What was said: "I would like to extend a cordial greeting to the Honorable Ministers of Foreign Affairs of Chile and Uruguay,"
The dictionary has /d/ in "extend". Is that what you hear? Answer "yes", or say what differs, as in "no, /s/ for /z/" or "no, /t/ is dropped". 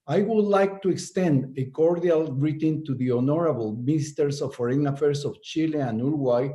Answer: yes